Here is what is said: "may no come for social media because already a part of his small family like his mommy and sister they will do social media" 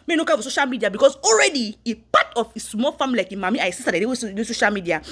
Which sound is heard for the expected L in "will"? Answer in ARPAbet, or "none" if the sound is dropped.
W